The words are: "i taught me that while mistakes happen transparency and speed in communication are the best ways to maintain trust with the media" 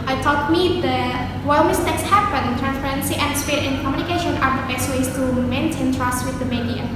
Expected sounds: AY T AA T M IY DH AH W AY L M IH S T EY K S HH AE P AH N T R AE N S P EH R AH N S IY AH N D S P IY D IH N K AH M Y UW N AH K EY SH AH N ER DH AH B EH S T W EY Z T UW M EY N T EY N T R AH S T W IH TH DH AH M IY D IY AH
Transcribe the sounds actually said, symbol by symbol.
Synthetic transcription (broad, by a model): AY T AA T M IY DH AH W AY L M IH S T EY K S HH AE B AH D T R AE N S P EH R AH N S IY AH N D S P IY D IH N K AH M Y UW N AH K EY SH AH N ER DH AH B EH S T W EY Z T UW M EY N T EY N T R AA S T W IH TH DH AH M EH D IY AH